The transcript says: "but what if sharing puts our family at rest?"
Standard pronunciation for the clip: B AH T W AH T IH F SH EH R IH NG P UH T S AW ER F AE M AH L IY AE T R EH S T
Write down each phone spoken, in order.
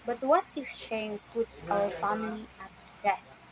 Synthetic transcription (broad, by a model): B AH T W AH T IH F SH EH IH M P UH T S AW ER F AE M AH L IY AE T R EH S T